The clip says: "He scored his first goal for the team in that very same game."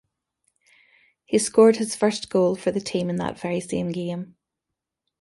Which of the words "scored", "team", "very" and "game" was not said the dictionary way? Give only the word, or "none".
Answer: none